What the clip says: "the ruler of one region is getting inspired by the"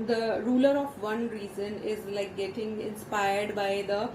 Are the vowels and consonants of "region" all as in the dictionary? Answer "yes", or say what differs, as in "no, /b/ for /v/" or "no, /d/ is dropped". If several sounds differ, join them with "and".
no, /z/ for /dʒ/